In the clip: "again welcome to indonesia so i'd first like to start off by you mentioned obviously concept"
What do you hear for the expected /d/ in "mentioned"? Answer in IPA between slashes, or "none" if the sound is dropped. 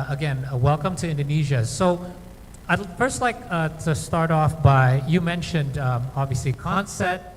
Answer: /d/